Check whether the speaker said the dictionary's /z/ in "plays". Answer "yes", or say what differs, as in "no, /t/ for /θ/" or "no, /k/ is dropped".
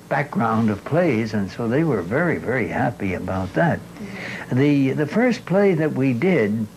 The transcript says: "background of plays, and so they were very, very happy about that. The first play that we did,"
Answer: yes